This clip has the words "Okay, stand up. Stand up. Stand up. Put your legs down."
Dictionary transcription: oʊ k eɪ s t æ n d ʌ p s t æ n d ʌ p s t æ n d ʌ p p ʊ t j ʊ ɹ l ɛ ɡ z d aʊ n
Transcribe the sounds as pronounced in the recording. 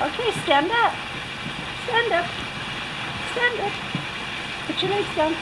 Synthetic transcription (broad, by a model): oʊ k eɪ s t æ n d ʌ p s t æ n d ʌ p s t æ n d ʌ p b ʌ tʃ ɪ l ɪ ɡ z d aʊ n